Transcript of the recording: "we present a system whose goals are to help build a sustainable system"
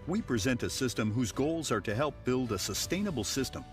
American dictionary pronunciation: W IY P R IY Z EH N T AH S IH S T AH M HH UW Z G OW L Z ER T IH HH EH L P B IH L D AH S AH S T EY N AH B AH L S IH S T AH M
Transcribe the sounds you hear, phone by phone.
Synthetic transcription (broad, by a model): W IY P R IY Z EH N T AH S IH S T AH M HH UW Z G OW L Z ER T IH HH EH L P B IH L D AH S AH S T EY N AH B L S IH S T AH M